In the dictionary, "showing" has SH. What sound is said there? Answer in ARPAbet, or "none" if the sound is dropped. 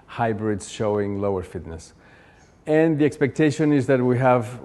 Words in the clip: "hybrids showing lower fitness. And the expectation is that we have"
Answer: SH